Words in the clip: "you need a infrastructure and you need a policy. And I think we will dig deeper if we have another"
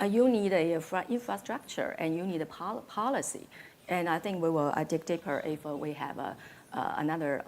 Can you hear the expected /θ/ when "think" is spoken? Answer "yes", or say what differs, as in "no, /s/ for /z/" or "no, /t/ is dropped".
yes